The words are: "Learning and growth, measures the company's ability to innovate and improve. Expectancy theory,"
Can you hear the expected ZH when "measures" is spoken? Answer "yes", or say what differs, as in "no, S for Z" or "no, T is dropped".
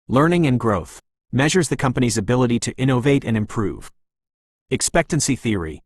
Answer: yes